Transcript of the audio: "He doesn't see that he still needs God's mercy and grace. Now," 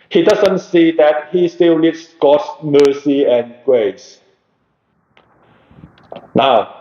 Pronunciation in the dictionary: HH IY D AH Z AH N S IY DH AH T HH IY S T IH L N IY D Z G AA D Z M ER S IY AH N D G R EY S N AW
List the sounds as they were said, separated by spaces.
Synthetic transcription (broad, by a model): HH IY D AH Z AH N S IY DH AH T HH IY S T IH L L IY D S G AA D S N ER S IY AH N G R EY S N AW